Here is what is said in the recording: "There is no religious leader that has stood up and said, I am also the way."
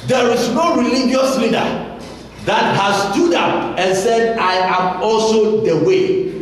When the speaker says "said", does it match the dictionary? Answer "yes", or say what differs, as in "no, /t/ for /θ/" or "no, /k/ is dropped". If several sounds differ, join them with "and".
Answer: yes